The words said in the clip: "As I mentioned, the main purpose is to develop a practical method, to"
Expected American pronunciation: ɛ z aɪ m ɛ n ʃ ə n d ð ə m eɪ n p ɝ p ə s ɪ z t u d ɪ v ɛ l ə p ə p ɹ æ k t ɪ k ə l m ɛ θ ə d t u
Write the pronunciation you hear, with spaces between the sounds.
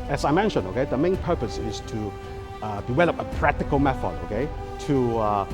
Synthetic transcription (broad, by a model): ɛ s aɪ m ɛ n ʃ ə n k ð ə m eɪ n p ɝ p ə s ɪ s t u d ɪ w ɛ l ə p ə p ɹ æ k t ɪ k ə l m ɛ t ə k t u